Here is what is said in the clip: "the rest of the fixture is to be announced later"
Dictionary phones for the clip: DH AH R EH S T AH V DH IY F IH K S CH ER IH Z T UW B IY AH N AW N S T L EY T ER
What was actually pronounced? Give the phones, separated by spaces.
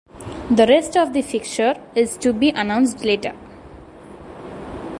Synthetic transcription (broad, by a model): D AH R EH S T AH V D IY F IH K CH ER IH Z T UW B IY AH N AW N S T L EY T ER